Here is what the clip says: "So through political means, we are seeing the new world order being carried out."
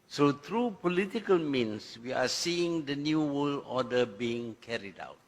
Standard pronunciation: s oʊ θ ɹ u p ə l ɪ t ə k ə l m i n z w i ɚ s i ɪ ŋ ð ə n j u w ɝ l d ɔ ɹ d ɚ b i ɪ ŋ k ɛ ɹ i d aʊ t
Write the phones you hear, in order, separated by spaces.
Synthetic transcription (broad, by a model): s oʊ t ɹ u p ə l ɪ t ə k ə l m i n s w i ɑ s i ɪ ŋ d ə n j u w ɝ l ɔ d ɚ b i ɪ ŋ k ɛ ɹ i d aʊ t